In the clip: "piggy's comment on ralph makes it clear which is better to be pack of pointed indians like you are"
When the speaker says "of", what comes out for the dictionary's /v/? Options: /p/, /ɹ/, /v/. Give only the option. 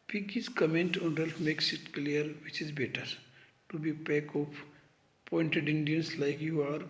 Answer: /p/